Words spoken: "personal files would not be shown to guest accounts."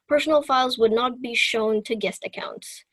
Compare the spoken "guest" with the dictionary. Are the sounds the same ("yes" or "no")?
yes